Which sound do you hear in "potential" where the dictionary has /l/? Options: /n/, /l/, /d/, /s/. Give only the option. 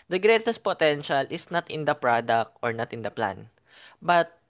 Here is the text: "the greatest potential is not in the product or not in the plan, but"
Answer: /l/